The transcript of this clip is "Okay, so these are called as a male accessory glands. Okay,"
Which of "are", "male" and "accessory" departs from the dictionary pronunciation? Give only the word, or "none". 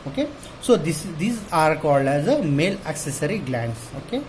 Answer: none